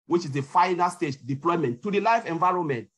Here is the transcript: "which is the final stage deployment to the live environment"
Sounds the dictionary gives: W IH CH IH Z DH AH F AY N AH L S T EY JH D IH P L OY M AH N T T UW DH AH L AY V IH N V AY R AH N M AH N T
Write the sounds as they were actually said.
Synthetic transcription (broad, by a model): W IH CH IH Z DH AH F AY N AH L S T EY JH D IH P L OY M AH N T T UW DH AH L AY F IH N V AY R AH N M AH N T